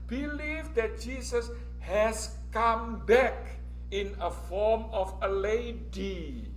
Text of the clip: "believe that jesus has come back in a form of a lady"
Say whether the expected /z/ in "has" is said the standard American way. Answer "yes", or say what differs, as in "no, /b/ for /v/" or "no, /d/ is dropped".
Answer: no, /s/ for /z/